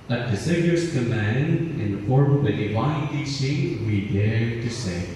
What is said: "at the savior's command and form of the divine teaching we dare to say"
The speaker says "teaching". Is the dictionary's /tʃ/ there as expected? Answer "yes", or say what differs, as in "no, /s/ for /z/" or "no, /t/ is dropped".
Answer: no, /s/ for /tʃ/